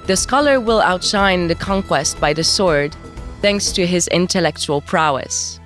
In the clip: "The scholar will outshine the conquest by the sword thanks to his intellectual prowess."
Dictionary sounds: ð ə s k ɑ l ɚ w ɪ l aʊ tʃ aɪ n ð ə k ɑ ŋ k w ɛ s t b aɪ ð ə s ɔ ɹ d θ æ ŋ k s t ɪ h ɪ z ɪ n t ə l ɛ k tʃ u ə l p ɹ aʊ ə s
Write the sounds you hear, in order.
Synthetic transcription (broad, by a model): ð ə s k ɑ l ɚ w ɪ l aʊ tʃ aɪ n ð ə k ɑ ŋ k w ɛ s t b aɪ ð ə s ɔ ɹ d θ æ ŋ k s t ɪ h ɪ z ɪ n t ə l ɛ k tʃ u ə l p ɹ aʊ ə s